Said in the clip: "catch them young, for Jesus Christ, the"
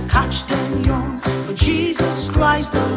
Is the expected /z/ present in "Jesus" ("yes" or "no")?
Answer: yes